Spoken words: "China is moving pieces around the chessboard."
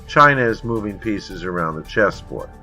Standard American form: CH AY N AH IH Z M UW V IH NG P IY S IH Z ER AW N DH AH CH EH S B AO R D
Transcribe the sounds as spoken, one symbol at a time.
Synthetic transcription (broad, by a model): CH AY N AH IH Z M UW V IH NG P IY S IH Z ER AW N DH AH CH EH S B AO R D